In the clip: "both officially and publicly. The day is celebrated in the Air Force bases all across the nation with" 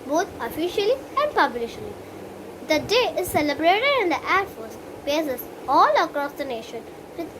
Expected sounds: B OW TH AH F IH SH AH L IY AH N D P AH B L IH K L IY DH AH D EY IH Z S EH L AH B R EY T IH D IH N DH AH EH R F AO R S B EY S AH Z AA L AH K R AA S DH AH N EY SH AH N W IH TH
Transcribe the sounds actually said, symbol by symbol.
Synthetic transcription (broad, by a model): B OW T AH F IH SH AH L IY AH N D P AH B L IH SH L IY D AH D EY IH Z S EH L AH B R EY T IH D IH N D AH EH R F AO R S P EY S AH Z AA L AH K R AA S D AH N EY SH AH N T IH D